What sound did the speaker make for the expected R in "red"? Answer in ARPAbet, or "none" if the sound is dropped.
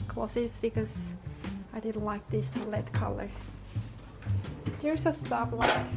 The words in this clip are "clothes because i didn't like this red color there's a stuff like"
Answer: L